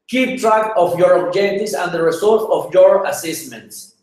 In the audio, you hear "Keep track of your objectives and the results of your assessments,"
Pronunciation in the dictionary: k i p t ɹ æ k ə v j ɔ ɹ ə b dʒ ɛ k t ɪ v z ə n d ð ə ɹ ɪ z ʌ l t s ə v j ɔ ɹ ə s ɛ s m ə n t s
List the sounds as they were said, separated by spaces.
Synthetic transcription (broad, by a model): k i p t ɹ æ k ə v j ɔ ɹ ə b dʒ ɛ t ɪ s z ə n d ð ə ɹ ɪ s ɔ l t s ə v j ɔ ɹ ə s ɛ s m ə n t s